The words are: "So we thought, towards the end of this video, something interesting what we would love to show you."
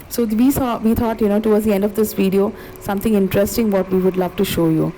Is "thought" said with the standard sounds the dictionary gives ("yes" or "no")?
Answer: no